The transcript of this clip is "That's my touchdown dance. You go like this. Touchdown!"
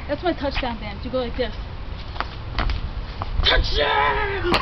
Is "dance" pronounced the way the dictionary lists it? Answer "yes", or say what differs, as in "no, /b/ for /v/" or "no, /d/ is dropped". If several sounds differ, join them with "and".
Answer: no, /s/ is dropped